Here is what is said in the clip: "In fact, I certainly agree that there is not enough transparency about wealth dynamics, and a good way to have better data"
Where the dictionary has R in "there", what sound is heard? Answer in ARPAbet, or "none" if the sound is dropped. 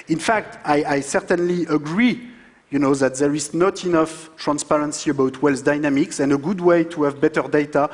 R